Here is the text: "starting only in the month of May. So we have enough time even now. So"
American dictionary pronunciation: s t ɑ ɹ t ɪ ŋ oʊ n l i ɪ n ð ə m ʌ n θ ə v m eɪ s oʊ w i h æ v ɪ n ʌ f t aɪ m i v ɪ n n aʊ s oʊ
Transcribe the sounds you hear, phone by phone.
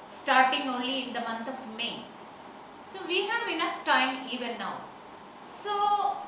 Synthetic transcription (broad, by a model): s t ɑ ɹ t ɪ ŋ oʊ n l i ɪ n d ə m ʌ n t ə v m eɪ s oʊ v i h æ v ɪ n ʌ f t aɪ m i v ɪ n n aʊ s oʊ